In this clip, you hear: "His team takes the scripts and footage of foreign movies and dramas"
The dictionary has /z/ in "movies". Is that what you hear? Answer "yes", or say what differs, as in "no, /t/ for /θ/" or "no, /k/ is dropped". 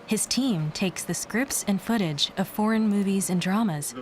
yes